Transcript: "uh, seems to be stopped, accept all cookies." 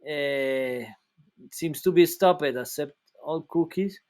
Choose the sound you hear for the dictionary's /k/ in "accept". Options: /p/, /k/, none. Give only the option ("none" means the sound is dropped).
none